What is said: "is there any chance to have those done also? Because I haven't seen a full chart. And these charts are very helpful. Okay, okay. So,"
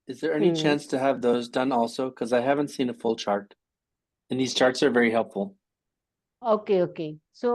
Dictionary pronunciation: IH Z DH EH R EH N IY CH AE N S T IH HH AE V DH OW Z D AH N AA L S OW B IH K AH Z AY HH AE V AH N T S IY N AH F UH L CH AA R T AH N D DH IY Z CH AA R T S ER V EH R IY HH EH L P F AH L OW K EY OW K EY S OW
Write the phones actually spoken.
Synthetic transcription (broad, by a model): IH Z DH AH R EH N IY CH AE N S T IH V DH OW Z D AH N AA L S OW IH K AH Z AY HH AE V AH N T S IY N AH F UH L CH AA R T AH N DH IY Z CH AA R T S ER V EH R IY HH EH L P F L OW K EY OW K EY S OW